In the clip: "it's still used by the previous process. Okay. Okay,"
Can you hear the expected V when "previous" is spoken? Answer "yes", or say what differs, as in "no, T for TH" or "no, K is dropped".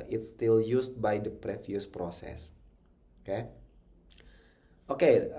no, F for V